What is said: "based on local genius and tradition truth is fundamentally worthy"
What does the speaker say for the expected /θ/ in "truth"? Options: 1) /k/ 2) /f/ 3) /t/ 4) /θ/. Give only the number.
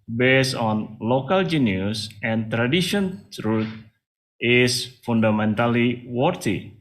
3